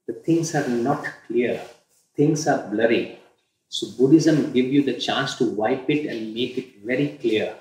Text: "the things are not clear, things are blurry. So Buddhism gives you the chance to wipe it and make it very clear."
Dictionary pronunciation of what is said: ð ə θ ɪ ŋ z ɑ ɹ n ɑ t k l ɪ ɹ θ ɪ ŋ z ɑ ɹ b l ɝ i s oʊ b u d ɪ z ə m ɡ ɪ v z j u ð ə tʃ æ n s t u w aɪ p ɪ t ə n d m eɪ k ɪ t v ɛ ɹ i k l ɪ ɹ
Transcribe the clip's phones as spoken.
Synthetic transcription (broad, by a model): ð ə t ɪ ŋ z ɑ ɹ n ɑ t k l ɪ ɹ t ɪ ŋ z ɑ ɹ b l ɝ i s oʊ b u d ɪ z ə m ɡ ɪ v j u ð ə tʃ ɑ n s t u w aɪ p ɪ t ə n d m eɪ k ɪ t v ɛ ɹ i k l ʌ ɹ